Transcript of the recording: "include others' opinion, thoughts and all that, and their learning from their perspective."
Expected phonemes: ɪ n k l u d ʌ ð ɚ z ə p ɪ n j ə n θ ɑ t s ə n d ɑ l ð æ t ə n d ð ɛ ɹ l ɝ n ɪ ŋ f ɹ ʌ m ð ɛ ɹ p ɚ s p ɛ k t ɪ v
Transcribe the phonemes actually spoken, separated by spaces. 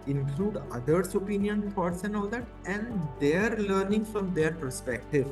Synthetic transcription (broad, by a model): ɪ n k l u d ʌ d ɚ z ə p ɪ n j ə n f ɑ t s ə n d ɑ l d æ t ə n d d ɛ ɹ l ɝ n ɪ ŋ f ɹ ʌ m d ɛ ɹ p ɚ s p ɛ k t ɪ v